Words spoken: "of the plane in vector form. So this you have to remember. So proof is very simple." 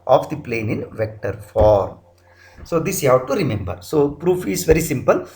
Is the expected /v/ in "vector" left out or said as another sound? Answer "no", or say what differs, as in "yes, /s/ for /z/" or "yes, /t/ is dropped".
no